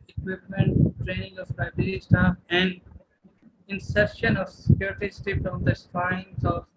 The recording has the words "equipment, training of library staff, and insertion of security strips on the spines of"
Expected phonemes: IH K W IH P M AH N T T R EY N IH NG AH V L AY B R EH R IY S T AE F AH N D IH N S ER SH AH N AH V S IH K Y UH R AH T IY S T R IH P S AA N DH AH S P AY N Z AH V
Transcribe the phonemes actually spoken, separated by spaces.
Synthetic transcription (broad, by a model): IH K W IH P M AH N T T R EY N IH NG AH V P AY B IH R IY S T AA AH N D IH N S ER SH AH N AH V S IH K Y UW R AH T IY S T IH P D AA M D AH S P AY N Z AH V